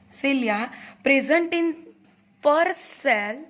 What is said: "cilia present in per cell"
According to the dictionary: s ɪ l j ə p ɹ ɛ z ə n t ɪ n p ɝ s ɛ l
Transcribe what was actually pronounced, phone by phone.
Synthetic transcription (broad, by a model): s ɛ l j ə p ɹ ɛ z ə n t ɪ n p ɝ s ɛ l